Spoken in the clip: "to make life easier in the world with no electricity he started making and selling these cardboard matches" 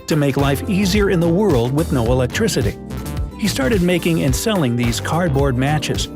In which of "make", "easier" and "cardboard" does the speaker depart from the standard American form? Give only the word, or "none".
none